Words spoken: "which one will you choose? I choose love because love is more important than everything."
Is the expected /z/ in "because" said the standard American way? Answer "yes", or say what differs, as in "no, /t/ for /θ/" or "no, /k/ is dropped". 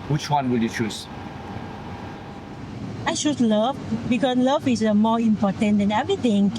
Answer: no, /s/ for /z/